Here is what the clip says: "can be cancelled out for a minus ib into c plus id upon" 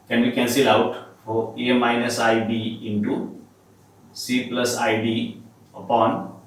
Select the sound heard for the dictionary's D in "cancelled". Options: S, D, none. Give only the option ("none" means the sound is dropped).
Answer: none